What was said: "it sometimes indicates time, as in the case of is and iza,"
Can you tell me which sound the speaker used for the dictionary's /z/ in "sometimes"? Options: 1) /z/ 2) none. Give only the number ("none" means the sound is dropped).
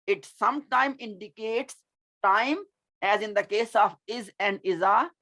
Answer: 2